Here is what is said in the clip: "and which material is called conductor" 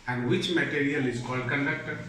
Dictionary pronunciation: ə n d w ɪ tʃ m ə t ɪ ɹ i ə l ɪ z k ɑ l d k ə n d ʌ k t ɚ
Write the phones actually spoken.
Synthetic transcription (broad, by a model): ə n d w ɪ tʃ m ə t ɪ ɹ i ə l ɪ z k ɑ l d k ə n d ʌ k t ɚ